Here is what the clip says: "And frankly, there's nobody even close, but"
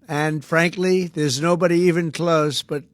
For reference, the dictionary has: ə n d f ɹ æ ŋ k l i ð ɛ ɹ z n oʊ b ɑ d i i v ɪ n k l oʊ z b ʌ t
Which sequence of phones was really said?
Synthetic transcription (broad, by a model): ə n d f ɹ æ ŋ k l i ð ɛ ɹ z n oʊ b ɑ d i i v ɪ n k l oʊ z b ʌ t